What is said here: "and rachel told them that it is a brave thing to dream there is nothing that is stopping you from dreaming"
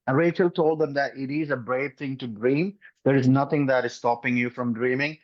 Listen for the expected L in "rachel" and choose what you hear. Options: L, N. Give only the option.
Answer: L